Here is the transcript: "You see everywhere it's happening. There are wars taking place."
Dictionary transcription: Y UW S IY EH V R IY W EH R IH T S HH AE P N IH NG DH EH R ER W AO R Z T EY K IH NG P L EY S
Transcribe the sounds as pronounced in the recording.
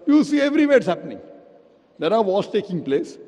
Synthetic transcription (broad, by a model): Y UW S IY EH V R IY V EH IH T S HH AE P N IH NG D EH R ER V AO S T EY K IH NG P L EY S